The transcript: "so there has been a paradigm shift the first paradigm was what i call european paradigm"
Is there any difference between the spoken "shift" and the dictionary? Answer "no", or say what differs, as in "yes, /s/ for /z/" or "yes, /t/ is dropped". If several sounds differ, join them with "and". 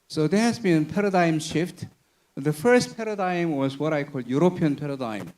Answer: no